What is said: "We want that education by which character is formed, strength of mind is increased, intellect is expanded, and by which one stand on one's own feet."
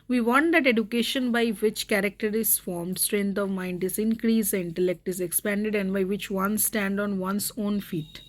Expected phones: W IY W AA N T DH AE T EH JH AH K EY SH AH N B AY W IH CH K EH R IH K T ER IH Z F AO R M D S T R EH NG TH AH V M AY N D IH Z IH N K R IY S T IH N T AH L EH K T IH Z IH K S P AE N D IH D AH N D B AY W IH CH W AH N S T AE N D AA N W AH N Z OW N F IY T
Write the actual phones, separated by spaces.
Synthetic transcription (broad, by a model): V IY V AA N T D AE T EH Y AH K EY SH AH N B AY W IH CH K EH R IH K T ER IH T F AO R M D S T R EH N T AH V M AY N D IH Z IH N K R IY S IH N T AH L EH K T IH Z IH K S P AE N D IH D AH N D B AY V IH CH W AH N S T AE N D AA N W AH N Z OW N F IY T